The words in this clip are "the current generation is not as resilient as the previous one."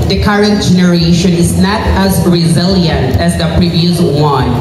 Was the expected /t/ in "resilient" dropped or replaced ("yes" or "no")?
no